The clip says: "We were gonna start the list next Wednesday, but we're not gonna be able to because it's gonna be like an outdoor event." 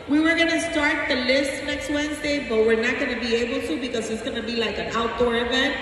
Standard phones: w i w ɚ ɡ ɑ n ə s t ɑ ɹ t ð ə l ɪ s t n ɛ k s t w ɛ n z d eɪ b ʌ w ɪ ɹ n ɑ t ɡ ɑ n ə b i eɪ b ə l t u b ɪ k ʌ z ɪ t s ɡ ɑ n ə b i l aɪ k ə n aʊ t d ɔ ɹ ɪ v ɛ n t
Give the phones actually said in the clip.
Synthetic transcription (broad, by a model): w i w ɚ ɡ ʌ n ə s t ɑ ɹ t ð ə l ɪ s t n ɛ k s t w ɛ n z d eɪ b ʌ w ɪ ɹ n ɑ t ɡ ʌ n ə b i eɪ b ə l t u b ɪ k ʌ z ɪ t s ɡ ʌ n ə b i l aɪ k ə n aʊ t d ɔ ɹ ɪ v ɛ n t